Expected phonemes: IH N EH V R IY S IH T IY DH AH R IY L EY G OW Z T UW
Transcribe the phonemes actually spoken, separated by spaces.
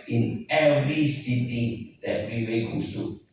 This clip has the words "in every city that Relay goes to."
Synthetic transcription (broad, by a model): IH N EH V R IY S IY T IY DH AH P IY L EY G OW S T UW